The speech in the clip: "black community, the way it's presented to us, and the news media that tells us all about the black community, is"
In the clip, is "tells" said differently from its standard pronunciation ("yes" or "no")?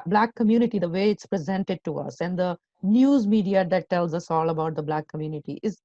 no